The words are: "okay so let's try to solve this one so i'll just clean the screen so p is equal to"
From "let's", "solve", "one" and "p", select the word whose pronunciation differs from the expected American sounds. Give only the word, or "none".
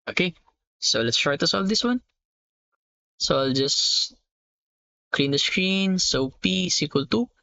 none